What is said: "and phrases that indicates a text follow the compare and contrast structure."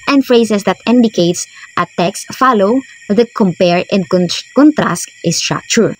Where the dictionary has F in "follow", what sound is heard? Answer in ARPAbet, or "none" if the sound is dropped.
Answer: F